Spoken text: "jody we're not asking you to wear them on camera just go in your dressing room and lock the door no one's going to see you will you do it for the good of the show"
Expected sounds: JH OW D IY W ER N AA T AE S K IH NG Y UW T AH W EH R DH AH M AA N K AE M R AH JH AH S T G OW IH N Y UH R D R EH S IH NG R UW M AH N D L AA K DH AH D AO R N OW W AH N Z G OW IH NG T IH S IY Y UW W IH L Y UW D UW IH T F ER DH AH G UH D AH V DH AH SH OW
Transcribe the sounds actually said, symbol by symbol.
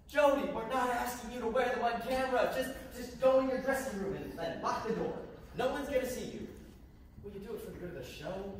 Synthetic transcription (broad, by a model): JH OW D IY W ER N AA T AE S K IH NG Y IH T AH W EH R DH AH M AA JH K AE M R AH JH AH S T G OW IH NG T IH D R EH S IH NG R UW M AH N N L AA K DH AH D AO R N OW W AH N Z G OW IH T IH S IY Y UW W IH L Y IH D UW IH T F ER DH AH G UH D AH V DH AH SH OW